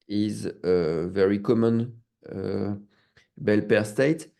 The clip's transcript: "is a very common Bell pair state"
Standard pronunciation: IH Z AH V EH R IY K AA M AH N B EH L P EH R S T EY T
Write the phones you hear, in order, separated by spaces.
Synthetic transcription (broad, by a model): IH Z AH V EH R IY K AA M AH N B EH L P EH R S T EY T